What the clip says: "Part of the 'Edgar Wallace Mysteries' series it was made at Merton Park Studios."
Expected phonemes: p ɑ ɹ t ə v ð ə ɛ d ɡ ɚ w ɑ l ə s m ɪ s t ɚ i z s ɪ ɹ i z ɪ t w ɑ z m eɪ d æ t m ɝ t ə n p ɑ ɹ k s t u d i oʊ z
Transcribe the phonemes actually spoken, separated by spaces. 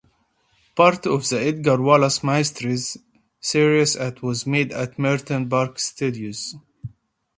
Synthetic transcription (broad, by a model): p ɑ ɹ t ə v ð ə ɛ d ɡ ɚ w ɑ l ə s m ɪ s t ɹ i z s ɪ ɹ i s ɪ t w ɑ z m eɪ d æ t m ɝ t ə n b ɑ ɹ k s t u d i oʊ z